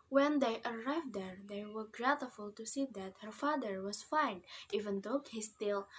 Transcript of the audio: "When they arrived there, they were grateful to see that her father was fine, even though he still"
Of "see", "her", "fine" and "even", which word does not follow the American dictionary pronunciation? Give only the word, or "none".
none